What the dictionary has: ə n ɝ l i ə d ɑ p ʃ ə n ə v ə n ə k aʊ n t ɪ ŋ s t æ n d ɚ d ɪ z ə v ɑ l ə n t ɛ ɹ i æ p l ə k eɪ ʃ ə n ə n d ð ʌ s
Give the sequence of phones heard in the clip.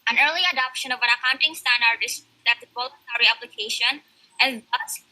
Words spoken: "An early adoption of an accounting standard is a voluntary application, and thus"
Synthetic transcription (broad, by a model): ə n ɝ l i ə d ɑ p ʃ ə n ə v ə n ə k aʊ n t ɪ ŋ s t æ n d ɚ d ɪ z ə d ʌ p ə l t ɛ ɹ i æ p l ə k eɪ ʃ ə n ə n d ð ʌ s